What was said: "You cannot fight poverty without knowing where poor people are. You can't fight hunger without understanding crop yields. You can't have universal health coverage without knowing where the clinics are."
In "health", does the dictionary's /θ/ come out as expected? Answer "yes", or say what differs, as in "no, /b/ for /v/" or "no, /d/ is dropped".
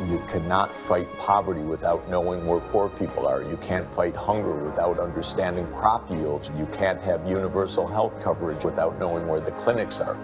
yes